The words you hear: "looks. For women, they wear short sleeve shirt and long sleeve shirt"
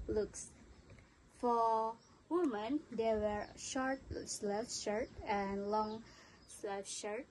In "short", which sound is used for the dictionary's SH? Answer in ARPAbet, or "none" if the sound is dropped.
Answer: SH